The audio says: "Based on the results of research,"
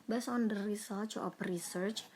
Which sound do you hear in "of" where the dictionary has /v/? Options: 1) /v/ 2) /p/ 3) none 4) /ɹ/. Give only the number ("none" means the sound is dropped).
2